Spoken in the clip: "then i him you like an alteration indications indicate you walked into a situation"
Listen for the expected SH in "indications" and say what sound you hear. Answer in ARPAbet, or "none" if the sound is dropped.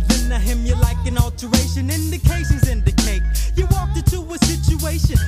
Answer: S